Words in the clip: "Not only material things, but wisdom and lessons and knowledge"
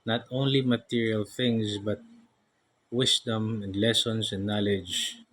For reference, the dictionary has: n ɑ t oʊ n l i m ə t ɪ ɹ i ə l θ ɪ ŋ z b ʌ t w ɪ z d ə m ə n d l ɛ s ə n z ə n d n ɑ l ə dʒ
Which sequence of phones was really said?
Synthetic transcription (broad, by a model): n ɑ t oʊ n l i m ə t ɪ ɹ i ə l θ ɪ ŋ s b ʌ t w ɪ s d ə m ə n d l ɛ s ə n s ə n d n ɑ l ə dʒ